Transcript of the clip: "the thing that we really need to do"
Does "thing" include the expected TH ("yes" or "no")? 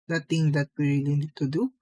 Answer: no